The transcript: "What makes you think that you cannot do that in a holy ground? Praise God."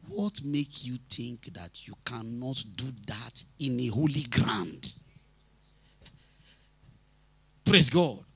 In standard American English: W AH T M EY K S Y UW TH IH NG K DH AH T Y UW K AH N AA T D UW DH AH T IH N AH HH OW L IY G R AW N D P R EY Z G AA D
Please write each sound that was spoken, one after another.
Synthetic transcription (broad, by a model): W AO T M EY K Y UW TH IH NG K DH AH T Y UW K AH N AA T D UW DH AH T IH N AH HH OW L IY G R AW N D P R EY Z G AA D